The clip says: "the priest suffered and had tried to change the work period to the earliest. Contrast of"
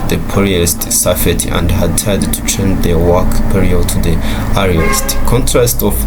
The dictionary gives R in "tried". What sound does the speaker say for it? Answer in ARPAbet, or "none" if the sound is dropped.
none